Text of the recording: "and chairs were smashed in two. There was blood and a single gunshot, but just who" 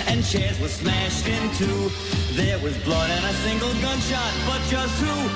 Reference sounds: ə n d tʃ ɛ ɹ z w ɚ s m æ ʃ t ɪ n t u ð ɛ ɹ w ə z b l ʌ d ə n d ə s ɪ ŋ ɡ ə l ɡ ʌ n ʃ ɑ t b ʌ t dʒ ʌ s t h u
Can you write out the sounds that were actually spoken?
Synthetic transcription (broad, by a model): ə n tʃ ɛ ɹ z w ɚ s m æ ʃ t ɪ n t u ð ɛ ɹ w ə z b l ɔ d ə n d ə s ɪ ŋ ɡ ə l ɡ ʌ n ʃ ɑ t b ʌ t dʒ ʌ s t h u